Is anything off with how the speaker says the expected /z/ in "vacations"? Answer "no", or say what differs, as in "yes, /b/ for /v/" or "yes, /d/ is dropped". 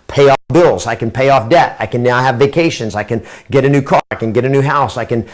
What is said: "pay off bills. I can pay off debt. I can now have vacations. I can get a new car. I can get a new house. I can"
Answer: no